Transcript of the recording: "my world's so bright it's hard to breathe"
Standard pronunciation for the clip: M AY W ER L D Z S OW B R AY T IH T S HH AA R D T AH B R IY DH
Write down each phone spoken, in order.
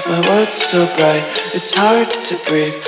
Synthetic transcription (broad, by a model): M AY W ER D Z S OW B R AY T IH T S HH AA R D T AH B R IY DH